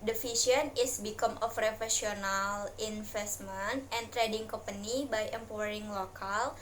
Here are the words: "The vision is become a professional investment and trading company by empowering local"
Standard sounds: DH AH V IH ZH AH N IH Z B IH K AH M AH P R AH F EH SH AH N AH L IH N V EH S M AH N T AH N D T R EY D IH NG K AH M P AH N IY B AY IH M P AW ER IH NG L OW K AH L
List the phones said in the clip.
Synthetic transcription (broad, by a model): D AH F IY S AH N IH S B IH K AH M AH F R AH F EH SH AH N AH L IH N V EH S M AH N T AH N T R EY D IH NG K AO M P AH N IY B AY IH M P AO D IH NG L OW K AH L